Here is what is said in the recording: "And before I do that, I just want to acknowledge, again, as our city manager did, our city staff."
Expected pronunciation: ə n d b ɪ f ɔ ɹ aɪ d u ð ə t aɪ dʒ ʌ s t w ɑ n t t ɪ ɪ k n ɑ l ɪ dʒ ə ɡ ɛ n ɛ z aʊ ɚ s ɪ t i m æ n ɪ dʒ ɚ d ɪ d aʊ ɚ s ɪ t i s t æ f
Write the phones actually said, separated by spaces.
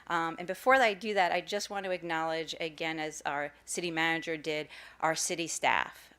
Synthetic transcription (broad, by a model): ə n b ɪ f ɔ ɹ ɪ d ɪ ð ə t aɪ dʒ ʌ s t w ɑ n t t ɪ ɪ k n ɑ l ɪ dʒ ə ɡ ɛ n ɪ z aʊ ɚ s ɪ t i m æ n ɪ dʒ ɚ d ɪ d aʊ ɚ s ɪ t i s t æ f